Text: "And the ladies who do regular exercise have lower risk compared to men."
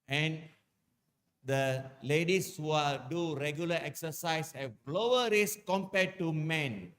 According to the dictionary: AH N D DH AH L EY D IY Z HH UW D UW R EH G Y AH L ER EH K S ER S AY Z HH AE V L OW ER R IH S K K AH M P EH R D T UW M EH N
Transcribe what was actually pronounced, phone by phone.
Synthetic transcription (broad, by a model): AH N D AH L EY D IY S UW D UW R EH G Y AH L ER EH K S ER S AY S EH B L OW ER R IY S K K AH M P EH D T UW M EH N